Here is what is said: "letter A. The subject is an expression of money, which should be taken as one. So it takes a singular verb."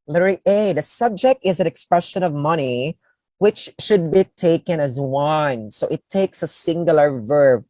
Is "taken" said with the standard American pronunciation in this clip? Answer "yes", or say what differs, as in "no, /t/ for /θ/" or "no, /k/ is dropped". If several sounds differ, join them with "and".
yes